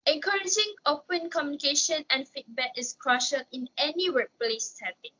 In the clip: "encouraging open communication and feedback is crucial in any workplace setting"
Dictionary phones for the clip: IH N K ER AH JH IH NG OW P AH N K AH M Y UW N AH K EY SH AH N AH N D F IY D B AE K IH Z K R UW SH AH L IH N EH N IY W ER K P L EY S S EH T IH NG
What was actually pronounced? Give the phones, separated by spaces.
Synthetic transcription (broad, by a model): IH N K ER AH JH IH NG OW P AH N K AH M Y UW N AH K EY SH AH N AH N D F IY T B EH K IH S K R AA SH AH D IH N EH N IY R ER P L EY S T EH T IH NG